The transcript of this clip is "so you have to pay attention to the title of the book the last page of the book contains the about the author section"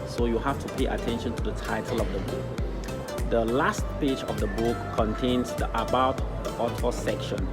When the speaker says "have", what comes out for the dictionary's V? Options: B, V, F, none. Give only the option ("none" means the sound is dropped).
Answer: F